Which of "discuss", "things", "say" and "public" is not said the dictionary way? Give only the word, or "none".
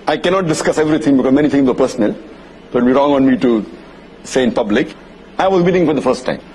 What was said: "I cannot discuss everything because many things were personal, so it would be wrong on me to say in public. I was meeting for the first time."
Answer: things